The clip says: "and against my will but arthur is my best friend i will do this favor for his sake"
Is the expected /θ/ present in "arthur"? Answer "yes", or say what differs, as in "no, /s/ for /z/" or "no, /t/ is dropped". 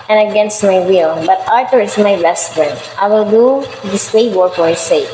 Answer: no, /t/ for /θ/